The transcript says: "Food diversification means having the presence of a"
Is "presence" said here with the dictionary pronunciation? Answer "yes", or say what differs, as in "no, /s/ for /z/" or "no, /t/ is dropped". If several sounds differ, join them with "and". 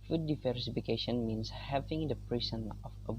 no, /s/ is dropped